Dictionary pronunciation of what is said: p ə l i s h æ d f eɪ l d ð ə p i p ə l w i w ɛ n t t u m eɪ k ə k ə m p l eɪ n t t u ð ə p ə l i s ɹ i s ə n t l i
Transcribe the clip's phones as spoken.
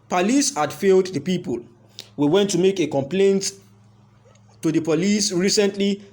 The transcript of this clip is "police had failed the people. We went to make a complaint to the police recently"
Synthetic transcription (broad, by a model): p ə l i s h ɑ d f eɪ l d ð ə p i p ə l w i w ɛ n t t u m eɪ k ə k ə m p l eɪ n t t u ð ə p ə l i s ɹ i s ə n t l i